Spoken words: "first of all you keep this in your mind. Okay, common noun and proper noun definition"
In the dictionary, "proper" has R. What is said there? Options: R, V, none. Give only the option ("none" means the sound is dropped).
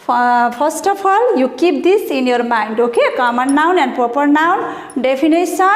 R